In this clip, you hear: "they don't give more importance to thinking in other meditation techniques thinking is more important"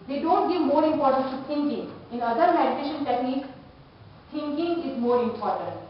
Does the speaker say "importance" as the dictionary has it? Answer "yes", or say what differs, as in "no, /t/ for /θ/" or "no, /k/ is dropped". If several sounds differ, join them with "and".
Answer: no, /s/ is dropped